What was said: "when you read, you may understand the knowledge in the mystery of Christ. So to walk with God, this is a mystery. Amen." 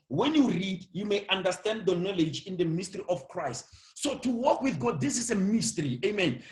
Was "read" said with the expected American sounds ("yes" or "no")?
yes